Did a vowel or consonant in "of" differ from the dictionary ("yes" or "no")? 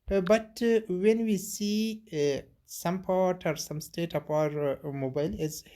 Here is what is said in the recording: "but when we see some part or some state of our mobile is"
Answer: yes